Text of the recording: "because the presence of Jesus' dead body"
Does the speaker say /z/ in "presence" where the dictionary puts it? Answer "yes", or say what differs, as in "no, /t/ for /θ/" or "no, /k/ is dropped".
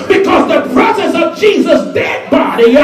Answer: no, /s/ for /z/